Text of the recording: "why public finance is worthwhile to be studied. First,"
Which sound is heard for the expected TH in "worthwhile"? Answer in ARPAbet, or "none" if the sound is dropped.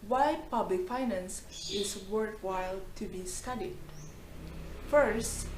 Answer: T